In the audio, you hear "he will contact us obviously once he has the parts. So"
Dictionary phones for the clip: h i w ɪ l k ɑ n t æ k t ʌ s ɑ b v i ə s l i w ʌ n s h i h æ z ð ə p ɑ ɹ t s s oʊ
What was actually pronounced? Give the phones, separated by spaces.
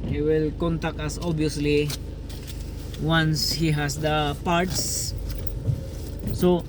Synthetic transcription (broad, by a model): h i w ɪ l k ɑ n t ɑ k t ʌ s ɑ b i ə s l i w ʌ n s h i h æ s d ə p ɑ ɹ t s s oʊ